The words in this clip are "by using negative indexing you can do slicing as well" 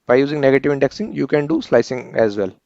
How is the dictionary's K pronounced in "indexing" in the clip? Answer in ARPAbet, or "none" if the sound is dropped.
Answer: K